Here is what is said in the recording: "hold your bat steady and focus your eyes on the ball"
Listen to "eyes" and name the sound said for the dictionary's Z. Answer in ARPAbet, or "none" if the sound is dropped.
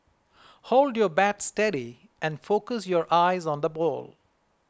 Z